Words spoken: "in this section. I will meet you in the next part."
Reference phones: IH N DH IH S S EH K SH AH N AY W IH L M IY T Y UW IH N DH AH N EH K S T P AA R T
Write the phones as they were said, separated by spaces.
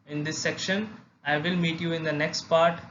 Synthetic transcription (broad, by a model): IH N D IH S S EH K SH AH N AY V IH L M IY T Y UW IH N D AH N EH K S T P AA R T